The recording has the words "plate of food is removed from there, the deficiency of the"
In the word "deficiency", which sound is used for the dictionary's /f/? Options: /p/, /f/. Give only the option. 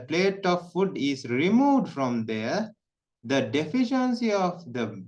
/f/